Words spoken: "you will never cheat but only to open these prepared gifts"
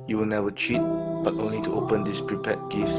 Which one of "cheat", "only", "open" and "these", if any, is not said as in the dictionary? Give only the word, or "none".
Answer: these